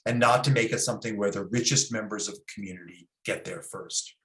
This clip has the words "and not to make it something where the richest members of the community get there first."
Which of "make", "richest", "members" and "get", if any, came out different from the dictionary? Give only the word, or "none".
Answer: none